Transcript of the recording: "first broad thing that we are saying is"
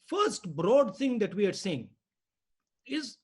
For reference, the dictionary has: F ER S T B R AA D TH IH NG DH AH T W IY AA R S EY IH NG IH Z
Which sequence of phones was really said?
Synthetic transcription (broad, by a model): F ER S T B R AA D T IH NG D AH T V IY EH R S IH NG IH Z